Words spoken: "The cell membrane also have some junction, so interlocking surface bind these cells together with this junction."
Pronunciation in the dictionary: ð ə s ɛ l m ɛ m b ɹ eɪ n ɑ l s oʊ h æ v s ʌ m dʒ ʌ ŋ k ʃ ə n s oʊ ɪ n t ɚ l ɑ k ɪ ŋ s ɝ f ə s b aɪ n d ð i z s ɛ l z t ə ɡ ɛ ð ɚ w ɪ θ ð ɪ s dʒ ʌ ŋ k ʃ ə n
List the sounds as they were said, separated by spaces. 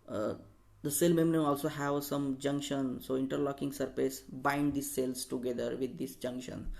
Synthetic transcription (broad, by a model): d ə s ɛ l m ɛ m ɹ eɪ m ɑ l s oʊ h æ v s ʌ m dʒ ʌ ŋ k ʃ ə n s oʊ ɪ n t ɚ l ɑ k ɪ ŋ s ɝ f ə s b aɪ n d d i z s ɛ l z t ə ɡ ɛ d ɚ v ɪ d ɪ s dʒ ʌ ŋ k ʃ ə n